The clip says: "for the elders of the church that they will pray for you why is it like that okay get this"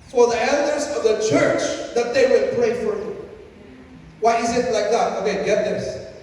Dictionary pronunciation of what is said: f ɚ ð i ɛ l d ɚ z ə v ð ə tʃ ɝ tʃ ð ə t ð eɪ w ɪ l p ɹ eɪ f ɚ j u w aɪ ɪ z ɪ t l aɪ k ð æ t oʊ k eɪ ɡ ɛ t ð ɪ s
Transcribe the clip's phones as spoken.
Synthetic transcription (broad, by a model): f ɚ ð i ɛ l d ɚ z ə v ð ə tʃ ɝ tʃ ð ə t ð eɪ w ɪ l p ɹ eɪ f ɚ j u w aɪ ɪ z ɪ t l aɪ k ð æ t oʊ k eɪ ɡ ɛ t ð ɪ s